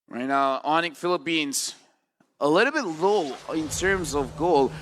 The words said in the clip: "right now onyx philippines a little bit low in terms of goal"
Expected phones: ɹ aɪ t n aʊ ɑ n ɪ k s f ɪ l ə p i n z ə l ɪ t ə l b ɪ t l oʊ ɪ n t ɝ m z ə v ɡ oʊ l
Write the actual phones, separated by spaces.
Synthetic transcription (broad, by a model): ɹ aɪ t n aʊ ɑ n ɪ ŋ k f ɪ l ə p i n z ə l ɪ t l b ɪ t l oʊ ɪ n t ɝ m z ə v ɡ oʊ l